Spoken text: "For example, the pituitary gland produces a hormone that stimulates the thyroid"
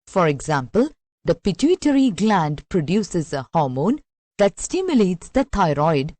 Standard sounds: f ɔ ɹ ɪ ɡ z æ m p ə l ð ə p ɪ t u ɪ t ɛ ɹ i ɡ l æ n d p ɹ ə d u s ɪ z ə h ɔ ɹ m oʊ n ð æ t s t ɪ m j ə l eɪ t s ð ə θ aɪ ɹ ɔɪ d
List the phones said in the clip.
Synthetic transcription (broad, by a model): f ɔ ɹ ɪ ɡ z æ m p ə l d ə p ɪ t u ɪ t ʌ ɹ i ɡ l æ n d p ɹ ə d u s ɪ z ə h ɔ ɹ m oʊ n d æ t s t ɪ m j ə l eɪ t s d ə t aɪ ɹ ɔɪ d